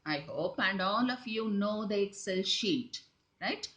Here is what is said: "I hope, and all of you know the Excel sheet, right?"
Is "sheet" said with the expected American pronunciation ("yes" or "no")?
yes